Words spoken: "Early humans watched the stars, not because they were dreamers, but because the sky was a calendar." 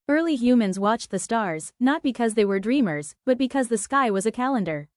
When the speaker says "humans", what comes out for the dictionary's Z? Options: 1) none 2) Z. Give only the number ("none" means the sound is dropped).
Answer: 2